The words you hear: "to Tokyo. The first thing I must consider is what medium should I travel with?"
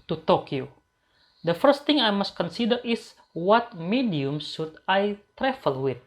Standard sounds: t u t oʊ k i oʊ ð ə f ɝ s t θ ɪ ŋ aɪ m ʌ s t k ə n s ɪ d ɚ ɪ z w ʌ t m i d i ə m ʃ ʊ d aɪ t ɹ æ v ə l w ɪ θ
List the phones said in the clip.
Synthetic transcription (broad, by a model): t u t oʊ k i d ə f ɝ s t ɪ ŋ aɪ m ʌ s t k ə n s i d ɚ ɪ s w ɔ t m i d i ə m s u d aɪ t ɹ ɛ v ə l w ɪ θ